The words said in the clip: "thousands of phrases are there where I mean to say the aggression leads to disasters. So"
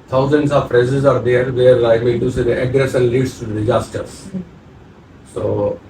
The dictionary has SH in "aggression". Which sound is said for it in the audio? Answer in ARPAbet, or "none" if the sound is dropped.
S